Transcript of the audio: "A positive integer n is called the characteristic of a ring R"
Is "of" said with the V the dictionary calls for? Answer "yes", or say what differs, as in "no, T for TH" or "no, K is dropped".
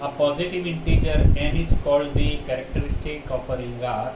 no, P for V